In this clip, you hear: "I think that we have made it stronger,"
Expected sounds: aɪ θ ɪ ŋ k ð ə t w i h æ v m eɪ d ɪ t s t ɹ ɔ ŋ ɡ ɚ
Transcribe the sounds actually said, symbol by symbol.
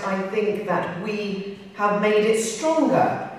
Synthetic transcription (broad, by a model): aɪ θ ɪ ŋ k ð ə t w i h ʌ v m eɪ d ɪ t s t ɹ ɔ ŋ ɡ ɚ